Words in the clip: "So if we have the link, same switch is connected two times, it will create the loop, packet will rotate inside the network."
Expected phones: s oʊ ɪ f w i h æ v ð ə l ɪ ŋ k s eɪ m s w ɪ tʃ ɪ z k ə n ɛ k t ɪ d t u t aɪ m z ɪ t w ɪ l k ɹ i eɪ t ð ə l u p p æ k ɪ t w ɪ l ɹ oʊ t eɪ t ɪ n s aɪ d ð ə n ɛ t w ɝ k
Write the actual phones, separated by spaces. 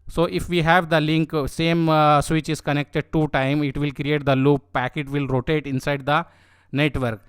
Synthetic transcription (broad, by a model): s oʊ ɪ f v i h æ v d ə l ɪ ŋ k s eɪ m s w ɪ tʃ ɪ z k ə n ɛ k t ɪ d t u t aɪ m ɪ t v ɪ l k ɹ i eɪ t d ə l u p p æ k ɪ t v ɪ l ɹ oʊ t eɪ t ɪ n s aɪ d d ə n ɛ t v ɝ k